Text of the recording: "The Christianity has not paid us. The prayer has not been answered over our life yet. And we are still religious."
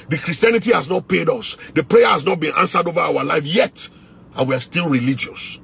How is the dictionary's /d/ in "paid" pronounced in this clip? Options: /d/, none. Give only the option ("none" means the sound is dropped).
/d/